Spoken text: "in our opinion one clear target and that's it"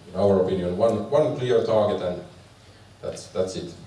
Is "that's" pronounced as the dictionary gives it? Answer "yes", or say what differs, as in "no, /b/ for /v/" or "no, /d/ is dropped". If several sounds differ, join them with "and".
yes